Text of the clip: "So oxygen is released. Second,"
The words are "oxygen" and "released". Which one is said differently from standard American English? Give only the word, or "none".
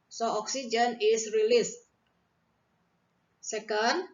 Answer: none